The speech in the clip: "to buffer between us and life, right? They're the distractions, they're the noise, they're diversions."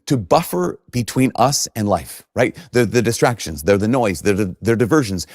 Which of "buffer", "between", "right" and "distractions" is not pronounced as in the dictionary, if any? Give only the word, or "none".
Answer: none